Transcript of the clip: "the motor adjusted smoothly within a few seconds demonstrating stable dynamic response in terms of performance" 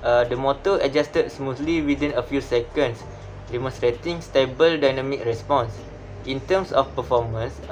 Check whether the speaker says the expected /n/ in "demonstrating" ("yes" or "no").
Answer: no